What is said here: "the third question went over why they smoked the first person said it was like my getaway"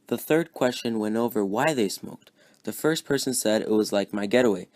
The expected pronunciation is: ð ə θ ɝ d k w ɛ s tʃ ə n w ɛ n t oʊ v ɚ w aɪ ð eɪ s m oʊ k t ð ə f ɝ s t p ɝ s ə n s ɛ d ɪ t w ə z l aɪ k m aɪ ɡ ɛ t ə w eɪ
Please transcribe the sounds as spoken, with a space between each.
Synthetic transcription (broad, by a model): ð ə θ ɝ d k w ɛ s tʃ ə n w ɛ n t oʊ v ɚ w aɪ ð eɪ s m oʊ k t ð ə f ɝ s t p ɝ s ə n s ɛ d ɪ t w ə z l aɪ k m aɪ ɡ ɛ t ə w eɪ